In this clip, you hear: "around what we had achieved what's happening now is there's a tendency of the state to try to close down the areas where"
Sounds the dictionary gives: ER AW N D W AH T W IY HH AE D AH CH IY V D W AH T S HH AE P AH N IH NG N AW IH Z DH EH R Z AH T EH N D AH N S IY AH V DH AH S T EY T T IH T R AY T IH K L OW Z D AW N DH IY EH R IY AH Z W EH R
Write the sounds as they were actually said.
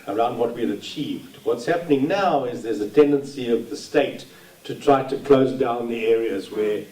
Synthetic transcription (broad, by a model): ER AW N D W AH T W IY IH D AH CH IY V D W AH T S HH AE P AH N IH NG N AW IH Z DH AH R Z AH T EH N D AH N S IY AH V DH AH S T EY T T IH T R AY T IH K L OW Z D AW N DH IY EH R IY AH Z W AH R